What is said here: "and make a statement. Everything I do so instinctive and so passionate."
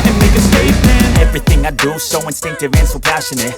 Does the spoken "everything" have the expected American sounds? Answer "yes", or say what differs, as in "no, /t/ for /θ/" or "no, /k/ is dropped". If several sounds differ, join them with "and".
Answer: yes